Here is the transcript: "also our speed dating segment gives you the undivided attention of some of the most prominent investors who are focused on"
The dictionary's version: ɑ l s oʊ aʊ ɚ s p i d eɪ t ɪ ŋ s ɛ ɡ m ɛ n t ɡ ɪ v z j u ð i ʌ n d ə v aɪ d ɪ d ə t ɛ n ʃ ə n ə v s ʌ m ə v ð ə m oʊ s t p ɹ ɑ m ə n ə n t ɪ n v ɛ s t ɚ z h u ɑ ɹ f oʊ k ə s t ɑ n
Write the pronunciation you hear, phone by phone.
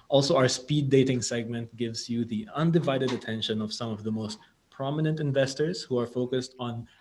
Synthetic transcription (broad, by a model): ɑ l s oʊ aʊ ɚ s p i d eɪ t ɪ ŋ s ɛ ɡ m ɛ n t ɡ ɪ v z j u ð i ʌ n d ə v aɪ d ɪ d ə t ɛ n ʃ ə n ə v s ʌ m ə v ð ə m oʊ s t p ɹ ɑ m ə n ə n t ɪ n v ɛ s t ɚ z h u ɑ ɹ f oʊ k ə s t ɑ n